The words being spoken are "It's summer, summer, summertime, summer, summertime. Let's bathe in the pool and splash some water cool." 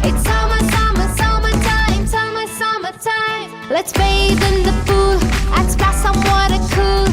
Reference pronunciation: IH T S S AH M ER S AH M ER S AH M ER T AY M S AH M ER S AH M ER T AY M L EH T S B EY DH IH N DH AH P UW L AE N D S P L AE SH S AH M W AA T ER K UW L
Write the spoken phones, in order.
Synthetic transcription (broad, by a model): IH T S S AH M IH S AH M ER S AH M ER T AY M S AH M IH S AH M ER T AY M L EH T S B EY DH IH N DH AH F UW L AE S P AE S AH M W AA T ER K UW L